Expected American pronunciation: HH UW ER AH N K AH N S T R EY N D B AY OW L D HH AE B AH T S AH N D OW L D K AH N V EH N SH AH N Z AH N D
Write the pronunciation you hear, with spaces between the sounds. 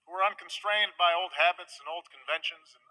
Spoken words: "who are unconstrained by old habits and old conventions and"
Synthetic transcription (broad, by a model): HH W ER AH N K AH N S T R EY N D B AY OW L D HH AE B AH T S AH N OW L D K AH N V EH N SH AH N Z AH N